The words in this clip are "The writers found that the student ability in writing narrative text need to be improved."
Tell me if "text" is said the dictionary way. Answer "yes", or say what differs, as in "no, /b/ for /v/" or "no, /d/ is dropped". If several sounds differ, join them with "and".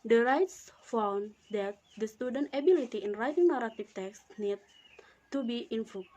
yes